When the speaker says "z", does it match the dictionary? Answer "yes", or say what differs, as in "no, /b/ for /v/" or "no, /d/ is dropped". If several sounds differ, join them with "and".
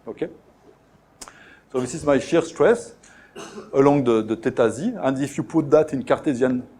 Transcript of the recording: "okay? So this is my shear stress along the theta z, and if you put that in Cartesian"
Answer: yes